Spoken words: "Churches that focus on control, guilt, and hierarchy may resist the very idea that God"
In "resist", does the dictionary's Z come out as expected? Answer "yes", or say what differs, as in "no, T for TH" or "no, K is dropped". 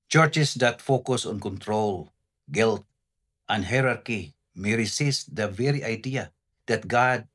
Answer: no, S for Z